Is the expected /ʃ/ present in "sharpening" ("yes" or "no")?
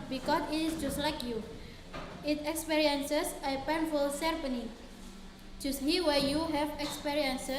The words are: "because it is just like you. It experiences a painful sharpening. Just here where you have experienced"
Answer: no